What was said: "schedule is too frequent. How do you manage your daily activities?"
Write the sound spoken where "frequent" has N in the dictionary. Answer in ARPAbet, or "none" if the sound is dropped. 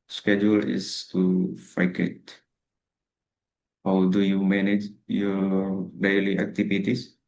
none